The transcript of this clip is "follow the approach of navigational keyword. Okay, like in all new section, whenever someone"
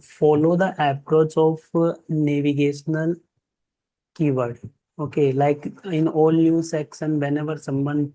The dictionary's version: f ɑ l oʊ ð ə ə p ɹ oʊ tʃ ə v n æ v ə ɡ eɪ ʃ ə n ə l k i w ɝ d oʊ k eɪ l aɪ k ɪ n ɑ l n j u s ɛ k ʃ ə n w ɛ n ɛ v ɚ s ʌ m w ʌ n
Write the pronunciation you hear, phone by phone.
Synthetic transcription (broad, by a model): f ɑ l oʊ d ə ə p ɹ oʊ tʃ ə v n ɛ v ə ɡ eɪ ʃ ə n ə l k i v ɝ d oʊ k eɪ l aɪ k ɪ n ɑ l n j u s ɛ k s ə n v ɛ n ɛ v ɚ s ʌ m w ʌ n